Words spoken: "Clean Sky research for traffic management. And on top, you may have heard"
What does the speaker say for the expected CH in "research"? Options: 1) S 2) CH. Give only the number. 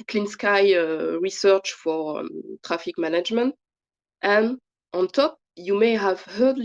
2